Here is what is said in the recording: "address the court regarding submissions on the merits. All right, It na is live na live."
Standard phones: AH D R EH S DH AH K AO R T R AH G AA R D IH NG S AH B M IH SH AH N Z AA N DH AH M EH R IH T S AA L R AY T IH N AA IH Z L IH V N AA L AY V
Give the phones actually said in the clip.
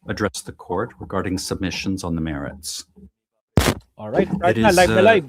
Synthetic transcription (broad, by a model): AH D R EH S DH AH K AO R T R AH G AA R D IH NG S AH B M IH SH AH N Z N DH AH M EH R IH T S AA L R AY T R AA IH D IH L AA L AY